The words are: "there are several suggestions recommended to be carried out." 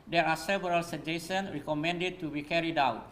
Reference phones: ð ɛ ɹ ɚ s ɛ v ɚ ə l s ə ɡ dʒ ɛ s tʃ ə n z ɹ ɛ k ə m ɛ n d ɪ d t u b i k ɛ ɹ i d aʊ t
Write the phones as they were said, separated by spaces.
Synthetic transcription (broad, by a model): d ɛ ɹ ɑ s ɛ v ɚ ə l s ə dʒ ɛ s ə n ɹ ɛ k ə m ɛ n d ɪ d t u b i k ɛ ɹ i d aʊ t